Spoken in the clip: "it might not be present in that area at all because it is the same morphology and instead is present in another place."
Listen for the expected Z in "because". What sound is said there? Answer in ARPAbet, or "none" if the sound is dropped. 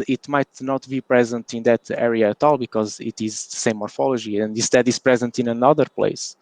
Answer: Z